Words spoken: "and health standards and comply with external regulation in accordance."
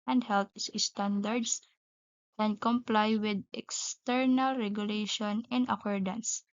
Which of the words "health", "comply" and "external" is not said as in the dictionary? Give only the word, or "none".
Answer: health